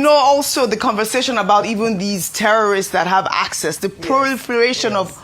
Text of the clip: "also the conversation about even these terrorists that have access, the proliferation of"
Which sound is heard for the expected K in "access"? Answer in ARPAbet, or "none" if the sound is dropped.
K